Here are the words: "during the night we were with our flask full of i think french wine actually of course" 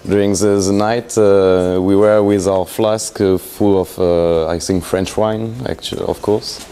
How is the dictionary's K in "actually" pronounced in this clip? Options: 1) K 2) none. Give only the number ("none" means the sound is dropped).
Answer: 1